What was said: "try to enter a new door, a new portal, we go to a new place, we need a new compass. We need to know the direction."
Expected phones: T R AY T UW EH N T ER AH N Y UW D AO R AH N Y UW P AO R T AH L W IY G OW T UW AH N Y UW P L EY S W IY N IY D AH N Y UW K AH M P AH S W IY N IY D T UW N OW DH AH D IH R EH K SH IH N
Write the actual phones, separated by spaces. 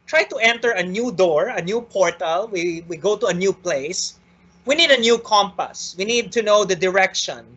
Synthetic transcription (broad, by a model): T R AY T UW EH N T ER AH N Y UW D AO R AH N Y UW P AO R T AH L W IY G OW T UW AH N Y UW P L EY S W IY N IY D AH N Y UW K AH M P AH S W IY N IY D T UW N OW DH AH D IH R EH K SH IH N